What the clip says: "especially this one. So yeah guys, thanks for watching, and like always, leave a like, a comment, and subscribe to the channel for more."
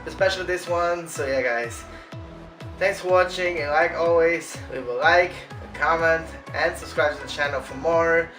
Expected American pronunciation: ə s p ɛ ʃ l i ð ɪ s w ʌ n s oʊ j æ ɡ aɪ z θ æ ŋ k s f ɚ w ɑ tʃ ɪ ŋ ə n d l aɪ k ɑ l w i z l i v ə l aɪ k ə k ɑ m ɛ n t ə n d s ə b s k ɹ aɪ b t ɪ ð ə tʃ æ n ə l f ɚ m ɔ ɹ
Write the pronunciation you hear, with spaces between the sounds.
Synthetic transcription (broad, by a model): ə s p ɛ ʃ l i ð ɪ s w ʌ n s oʊ j æ ɡ aɪ z θ æ ŋ k s f ɚ w ɑ tʃ ɪ ŋ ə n l aɪ k ɑ l w i z w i w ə l aɪ k ə k ɑ m ɛ n t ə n s ə b s k ɹ aɪ b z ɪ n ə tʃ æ n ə l f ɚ m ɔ ɹ